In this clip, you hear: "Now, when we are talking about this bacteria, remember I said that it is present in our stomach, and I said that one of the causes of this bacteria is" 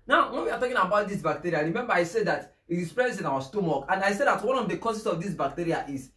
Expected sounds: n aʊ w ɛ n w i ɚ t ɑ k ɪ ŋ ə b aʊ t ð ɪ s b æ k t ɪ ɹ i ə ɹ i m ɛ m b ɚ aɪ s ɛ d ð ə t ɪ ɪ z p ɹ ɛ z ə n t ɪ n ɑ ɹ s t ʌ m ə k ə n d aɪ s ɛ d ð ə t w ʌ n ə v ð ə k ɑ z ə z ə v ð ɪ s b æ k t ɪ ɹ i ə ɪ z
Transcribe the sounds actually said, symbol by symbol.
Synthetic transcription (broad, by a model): n aʊ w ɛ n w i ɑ t ɑ k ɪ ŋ ə b aʊ t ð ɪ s b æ k t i ɹ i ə ɹ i m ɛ m b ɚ aɪ s ɛ d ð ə t ɪ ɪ s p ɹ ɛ s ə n ɪ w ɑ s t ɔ m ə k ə n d aɪ s ɛ d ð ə t w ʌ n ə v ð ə k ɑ s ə s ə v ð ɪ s b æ k t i ɹ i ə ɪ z